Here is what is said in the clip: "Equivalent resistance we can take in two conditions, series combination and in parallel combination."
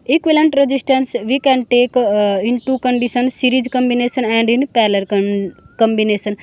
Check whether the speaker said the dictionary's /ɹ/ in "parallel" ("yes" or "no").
no